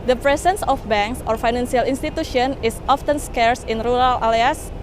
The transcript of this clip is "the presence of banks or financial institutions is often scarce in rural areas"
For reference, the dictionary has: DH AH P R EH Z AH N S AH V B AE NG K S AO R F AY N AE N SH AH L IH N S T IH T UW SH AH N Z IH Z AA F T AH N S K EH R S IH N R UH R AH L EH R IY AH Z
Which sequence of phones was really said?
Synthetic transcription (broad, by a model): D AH P R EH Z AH N S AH F B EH NG K S AO R F AY N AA N S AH L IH N S T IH T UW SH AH N IH S AA F T AH N S K EH R S IH N R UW R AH L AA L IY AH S